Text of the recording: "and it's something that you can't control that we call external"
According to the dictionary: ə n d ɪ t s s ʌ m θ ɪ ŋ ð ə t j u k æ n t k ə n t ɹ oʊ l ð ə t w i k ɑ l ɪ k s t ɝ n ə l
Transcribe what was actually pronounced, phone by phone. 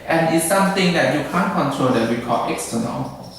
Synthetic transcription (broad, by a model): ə n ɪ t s s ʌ m t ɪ ŋ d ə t j u k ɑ n k ə n t ɹ oʊ l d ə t w i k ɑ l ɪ k s t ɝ n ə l